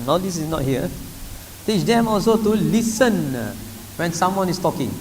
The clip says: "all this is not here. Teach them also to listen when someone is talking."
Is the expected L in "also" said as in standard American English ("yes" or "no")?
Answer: yes